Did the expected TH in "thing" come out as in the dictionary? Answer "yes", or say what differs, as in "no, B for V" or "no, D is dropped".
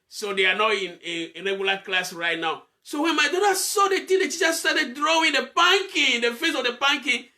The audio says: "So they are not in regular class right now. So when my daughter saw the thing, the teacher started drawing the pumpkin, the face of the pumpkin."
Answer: no, T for TH